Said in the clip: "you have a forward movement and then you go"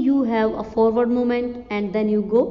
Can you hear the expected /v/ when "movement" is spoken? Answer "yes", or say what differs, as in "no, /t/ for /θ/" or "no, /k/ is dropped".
no, /v/ is dropped